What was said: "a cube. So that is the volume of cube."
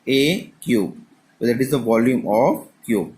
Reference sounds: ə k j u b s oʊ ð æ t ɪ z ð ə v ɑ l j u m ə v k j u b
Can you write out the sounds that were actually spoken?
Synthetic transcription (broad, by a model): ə k j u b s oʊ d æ t ɪ z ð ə v ɑ l j u m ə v k j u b